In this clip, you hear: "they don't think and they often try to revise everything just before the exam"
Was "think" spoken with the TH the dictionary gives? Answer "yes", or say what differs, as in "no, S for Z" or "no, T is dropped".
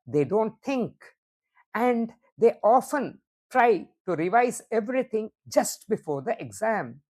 no, T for TH